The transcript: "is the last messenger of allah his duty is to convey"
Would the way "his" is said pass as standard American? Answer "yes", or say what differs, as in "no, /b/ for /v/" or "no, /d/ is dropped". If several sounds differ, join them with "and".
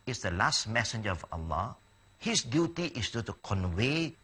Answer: no, /s/ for /z/